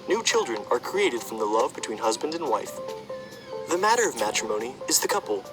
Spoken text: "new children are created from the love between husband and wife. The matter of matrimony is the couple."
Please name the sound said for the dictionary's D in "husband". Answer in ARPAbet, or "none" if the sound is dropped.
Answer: D